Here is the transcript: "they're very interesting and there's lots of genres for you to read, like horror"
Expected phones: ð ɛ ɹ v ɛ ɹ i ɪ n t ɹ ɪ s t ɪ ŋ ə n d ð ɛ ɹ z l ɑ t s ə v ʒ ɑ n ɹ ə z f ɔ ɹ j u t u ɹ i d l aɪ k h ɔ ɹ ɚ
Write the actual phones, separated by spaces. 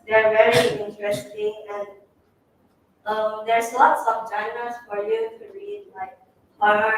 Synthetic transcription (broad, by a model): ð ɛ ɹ v ɛ ɹ i ɪ n t ɹ ɪ s t ɪ ŋ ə n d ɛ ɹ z l ɑ t s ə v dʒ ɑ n ə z f ɔ ɹ j u t u ɹ i d l aɪ k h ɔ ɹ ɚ